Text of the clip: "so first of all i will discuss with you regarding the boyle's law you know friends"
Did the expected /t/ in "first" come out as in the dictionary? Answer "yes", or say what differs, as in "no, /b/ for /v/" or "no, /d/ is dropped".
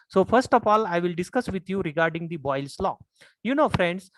yes